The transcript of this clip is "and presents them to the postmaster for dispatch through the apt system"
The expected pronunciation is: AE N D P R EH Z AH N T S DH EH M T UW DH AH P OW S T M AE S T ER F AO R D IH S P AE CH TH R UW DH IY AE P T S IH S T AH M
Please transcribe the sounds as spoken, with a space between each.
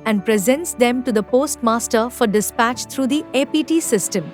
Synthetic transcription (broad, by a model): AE N D P R EH Z AH N T S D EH M T UW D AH P OW S T M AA S T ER F AO R D IH S P AE CH T R UW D IY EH P T S IH S T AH M